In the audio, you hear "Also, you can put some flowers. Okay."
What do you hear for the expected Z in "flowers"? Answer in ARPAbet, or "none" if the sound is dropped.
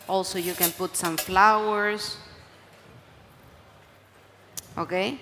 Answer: S